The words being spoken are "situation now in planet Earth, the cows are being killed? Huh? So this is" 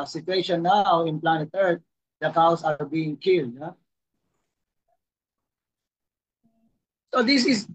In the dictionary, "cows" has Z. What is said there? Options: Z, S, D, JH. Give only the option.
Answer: S